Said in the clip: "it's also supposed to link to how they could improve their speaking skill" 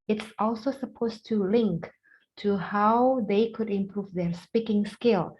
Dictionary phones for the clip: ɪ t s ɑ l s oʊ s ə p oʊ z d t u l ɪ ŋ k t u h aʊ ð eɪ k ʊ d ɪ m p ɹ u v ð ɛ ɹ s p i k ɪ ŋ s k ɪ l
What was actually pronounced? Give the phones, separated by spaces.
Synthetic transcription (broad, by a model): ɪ t s ɑ l s oʊ s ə p oʊ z t u l ɪ ŋ k t u h aʊ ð eɪ k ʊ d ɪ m p ɹ u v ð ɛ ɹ s p i k ɪ ŋ s k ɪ l